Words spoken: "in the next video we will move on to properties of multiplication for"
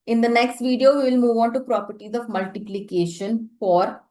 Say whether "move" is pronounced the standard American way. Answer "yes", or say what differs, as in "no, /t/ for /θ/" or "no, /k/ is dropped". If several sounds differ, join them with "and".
yes